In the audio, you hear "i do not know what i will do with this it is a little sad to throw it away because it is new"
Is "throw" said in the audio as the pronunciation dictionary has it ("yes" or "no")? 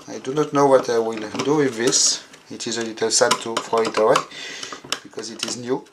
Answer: no